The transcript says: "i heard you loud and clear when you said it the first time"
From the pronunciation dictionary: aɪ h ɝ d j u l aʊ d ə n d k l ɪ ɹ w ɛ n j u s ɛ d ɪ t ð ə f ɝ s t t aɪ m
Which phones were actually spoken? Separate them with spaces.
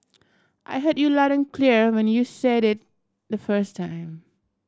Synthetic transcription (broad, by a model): aɪ h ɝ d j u l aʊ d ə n k l ɪ ɹ w ɛ n j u s ɛ d ɪ t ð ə f ɝ s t t aɪ m